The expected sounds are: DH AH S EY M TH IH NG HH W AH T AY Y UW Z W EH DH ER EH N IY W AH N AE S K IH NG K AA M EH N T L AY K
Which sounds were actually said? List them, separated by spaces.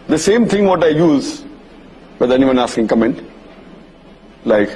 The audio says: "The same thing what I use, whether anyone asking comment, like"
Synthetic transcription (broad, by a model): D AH S EY M T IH NG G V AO T AY Y UW Z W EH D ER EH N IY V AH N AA S K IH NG K AA M EH N T L AY K